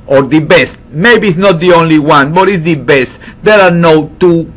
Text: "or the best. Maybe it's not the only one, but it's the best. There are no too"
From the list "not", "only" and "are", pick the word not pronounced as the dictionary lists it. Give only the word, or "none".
none